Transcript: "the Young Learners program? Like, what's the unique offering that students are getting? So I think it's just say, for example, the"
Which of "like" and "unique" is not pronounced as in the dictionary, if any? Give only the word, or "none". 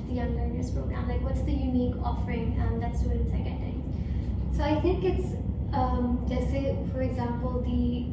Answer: none